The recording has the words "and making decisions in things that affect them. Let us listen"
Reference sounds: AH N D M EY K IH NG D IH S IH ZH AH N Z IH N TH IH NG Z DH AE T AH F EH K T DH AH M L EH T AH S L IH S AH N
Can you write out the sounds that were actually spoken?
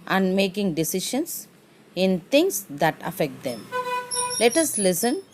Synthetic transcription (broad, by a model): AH N D M EY K IH NG D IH S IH SH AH N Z IH N T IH NG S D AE T AH F EH K T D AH M L EH T AH S L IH S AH N